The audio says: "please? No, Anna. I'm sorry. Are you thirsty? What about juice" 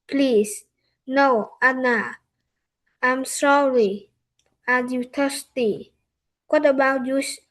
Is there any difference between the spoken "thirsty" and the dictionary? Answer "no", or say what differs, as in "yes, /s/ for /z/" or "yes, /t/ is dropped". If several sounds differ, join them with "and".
yes, /t/ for /θ/